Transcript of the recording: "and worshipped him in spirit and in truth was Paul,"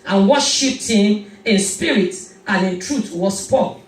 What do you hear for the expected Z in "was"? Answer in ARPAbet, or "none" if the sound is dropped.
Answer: S